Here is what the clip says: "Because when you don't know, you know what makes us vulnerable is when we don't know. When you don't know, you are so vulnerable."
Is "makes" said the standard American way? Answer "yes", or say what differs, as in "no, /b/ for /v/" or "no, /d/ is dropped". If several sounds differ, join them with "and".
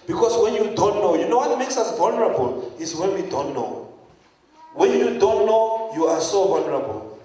yes